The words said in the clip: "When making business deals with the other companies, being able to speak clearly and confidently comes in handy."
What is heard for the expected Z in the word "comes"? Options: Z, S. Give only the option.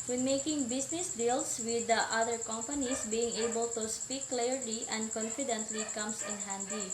S